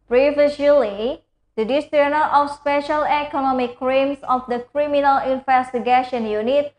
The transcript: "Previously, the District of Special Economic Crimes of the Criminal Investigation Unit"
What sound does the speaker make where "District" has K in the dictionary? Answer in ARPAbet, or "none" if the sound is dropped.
none